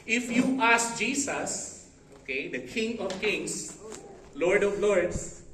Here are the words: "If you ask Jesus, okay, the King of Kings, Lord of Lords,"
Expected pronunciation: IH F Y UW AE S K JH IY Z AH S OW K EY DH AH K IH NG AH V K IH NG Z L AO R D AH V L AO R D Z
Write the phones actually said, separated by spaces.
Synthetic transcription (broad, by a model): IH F Y UW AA S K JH IY S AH S OW K EY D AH K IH NG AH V K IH NG S L AO R D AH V L AO R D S